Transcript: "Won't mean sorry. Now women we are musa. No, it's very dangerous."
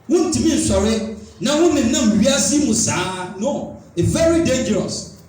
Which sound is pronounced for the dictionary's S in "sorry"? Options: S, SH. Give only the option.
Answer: SH